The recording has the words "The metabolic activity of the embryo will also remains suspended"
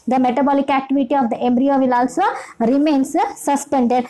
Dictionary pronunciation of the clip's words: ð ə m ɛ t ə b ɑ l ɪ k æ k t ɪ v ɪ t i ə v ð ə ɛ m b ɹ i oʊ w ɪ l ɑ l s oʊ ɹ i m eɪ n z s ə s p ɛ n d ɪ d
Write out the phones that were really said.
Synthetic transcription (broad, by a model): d ə m ɛ t ə b ɑ l ɪ k æ k t ɪ v ɪ t i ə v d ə ɛ m b ɹ i oʊ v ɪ l ɑ l s oʊ ɹ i m eɪ n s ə s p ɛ n d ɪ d